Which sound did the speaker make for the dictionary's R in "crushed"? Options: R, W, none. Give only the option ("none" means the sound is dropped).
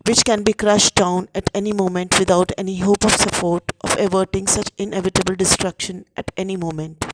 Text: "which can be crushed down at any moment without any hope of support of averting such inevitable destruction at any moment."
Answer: R